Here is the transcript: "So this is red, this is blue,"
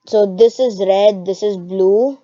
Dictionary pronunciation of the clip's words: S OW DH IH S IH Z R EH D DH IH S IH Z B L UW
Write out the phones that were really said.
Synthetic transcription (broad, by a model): S OW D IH S IH Z R EH D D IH S IH Z B L UW